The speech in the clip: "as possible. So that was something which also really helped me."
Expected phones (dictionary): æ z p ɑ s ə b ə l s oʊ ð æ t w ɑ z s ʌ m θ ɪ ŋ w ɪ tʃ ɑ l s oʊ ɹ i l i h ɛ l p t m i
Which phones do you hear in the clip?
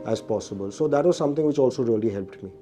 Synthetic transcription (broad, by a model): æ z p ɑ s ə b ə l s oʊ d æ t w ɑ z s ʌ m t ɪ ŋ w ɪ tʃ ɑ l s oʊ ɹ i l i h ɛ l p t m i